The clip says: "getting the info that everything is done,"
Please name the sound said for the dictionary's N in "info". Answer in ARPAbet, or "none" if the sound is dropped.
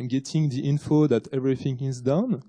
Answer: N